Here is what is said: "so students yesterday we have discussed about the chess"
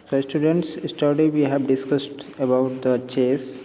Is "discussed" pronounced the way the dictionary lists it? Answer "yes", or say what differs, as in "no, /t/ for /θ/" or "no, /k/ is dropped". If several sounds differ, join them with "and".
yes